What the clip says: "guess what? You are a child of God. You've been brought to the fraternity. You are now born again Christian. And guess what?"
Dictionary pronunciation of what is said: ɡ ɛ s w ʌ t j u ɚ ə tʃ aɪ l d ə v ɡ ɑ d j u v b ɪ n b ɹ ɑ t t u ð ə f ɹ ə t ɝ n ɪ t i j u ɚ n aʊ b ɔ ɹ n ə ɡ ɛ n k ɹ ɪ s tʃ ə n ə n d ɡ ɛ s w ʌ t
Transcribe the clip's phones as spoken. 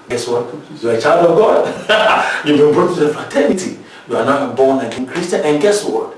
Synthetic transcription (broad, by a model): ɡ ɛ s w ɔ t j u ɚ ə tʃ aɪ l d ə v ɡ ɑ d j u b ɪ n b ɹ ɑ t t u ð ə f ə t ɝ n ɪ t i j u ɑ n aʊ b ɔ n ə ɡ ɛ n k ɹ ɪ s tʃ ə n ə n ɡ ɛ s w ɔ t